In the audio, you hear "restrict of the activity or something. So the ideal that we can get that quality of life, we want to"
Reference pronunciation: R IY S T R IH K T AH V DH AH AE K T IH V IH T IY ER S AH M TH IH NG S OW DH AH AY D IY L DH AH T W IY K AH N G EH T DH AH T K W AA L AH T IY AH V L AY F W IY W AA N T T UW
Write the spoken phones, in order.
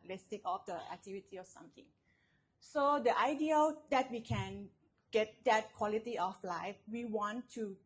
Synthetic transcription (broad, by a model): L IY S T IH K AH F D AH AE K T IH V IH T IY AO S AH M T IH NG S OW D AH AY D IY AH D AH T W IY K AH N G EH T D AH T K W AA L AH T IY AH F L AY F W IY W AA N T T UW